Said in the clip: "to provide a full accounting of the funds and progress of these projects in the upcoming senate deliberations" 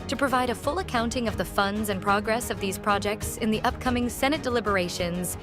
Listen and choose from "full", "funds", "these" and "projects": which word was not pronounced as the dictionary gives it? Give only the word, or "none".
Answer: none